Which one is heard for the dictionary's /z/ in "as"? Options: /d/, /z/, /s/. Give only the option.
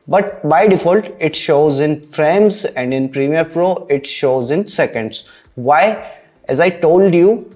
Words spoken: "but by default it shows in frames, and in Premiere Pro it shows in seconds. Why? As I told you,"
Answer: /z/